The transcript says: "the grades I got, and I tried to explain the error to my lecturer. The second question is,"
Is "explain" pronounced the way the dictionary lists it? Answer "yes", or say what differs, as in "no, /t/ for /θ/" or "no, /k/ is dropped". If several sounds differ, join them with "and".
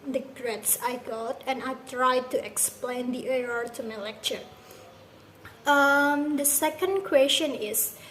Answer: yes